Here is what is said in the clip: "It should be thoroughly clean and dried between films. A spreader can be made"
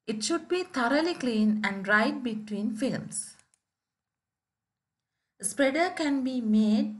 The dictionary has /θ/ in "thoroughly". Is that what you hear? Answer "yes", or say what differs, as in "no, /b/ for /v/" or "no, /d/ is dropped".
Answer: no, /t/ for /θ/